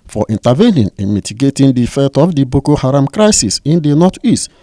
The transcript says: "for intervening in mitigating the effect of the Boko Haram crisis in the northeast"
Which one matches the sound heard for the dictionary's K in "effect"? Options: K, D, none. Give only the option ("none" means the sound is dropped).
none